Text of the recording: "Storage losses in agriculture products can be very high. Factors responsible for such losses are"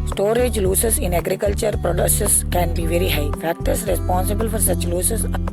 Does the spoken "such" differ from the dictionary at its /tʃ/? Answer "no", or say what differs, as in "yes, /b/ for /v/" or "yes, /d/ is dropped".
no